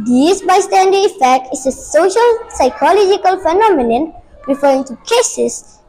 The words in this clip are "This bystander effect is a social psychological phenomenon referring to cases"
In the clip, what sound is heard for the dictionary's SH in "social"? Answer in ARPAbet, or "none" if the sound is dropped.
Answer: SH